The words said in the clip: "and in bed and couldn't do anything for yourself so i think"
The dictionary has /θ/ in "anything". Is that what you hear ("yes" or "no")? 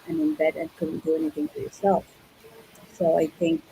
no